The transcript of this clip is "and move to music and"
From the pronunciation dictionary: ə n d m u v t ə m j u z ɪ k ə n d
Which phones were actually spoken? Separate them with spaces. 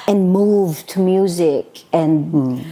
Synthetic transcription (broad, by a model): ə n m u v t ə m j u z ɪ k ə n